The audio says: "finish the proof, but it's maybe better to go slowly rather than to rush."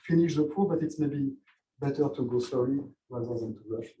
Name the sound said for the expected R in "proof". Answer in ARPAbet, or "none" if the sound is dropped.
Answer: none